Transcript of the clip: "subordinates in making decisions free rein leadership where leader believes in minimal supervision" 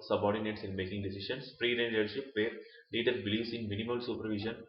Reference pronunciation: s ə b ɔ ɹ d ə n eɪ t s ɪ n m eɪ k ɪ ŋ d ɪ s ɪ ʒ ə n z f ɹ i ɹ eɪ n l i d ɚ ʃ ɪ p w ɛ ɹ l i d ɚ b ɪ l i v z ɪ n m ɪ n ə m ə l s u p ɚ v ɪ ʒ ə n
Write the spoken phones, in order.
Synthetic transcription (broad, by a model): s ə b ɔ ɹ d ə n eɪ t s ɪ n m eɪ k ɪ ŋ d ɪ s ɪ ʃ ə n s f ɹ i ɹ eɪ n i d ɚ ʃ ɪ p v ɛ ɹ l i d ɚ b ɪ l i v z ɪ n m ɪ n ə m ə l s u p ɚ v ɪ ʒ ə n